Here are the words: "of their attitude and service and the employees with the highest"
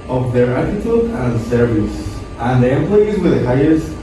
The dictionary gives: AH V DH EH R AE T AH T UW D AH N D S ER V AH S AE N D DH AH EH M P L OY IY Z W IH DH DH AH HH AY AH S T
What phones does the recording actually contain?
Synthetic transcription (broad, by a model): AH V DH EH R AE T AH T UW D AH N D S ER V AH S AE N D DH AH EH M P L OY IY Z W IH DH DH AH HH AY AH S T